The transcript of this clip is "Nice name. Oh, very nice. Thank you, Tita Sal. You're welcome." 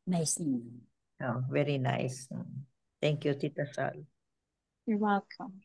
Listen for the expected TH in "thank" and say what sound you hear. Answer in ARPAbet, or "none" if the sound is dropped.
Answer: T